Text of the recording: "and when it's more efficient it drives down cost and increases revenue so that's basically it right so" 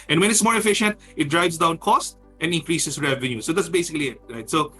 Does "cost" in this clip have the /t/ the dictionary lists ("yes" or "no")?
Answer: yes